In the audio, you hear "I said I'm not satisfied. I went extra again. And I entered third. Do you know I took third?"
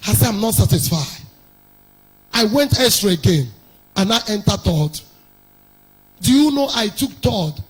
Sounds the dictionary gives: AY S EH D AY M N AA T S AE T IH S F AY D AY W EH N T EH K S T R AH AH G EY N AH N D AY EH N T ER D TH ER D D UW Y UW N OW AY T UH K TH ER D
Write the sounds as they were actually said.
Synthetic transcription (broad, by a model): AY S EH D AY M N AA T S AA T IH S F AY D AY W EH N T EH S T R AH AH G EY N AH N AY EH N T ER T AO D D UW Y UW N OW AY T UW K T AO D